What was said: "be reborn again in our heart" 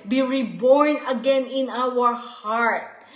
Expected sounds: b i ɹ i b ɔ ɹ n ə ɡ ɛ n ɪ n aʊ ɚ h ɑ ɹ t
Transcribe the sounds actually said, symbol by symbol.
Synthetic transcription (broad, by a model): b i ɹ i b ɔ ɹ n ə ɡ ɛ n ɪ n aʊ ɚ h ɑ ɹ t